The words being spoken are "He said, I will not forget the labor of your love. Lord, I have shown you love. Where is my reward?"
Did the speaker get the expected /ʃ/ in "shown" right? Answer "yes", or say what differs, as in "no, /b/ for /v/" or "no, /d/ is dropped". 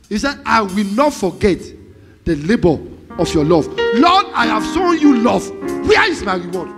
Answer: no, /s/ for /ʃ/